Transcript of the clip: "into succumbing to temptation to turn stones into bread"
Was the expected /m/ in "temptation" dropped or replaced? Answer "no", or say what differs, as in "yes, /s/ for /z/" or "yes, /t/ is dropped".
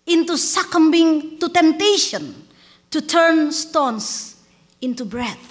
no